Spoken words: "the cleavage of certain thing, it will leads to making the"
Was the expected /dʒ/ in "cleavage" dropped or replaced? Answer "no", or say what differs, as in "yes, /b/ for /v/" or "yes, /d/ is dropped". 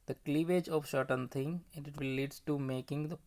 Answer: no